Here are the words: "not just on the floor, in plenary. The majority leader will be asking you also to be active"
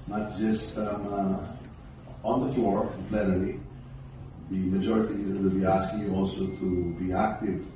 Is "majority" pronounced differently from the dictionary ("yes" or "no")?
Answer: no